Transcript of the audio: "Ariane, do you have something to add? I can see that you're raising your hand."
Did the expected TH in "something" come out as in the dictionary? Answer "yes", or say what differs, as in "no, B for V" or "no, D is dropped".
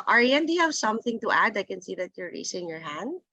yes